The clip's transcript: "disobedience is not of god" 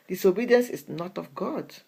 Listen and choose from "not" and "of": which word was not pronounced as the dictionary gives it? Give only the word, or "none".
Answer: of